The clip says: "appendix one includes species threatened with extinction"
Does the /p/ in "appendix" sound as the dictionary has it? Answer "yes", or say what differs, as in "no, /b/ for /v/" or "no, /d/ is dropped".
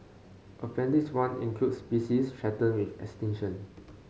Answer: no, /f/ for /p/